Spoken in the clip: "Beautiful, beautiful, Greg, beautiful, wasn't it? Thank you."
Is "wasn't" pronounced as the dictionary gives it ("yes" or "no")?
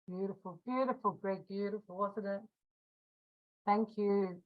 no